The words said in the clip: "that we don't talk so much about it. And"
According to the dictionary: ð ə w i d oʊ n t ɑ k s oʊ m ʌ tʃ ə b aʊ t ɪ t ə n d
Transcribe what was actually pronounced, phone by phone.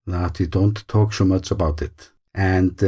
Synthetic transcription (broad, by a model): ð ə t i d oʊ n t ɑ k s oʊ m ʌ tʃ ə b aʊ t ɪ t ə n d